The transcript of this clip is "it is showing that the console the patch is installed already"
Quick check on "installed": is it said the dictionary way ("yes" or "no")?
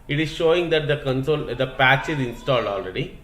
yes